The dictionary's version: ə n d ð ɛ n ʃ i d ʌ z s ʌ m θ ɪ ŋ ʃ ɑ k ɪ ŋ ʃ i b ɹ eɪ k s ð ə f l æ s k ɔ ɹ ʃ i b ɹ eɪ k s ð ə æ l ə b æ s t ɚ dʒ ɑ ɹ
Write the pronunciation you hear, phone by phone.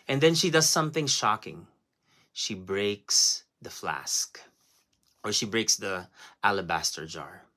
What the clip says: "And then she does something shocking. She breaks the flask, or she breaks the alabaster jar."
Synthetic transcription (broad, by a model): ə n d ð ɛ n ʃ i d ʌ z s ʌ m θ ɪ ŋ ʃ ɑ k ɪ ŋ ʃ i b ɹ eɪ k s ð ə f l æ s k ɔ ɹ ʃ i b ɹ eɪ k s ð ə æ l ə b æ s t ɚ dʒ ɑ ɹ